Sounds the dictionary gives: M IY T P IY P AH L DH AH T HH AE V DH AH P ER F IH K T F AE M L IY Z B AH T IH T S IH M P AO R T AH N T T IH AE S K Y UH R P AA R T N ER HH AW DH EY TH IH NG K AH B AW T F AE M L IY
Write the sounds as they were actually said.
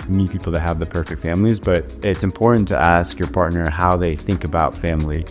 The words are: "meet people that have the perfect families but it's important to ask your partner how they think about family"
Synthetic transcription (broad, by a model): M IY P IY P L DH AH T HH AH V DH AH P ER F IH K T F AE M L IY Z B AH T IH T S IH M P AO R T N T T IH AE S K Y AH R P AA R T N ER HH AW DH EY TH IH NG K AH B AW T F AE M L IY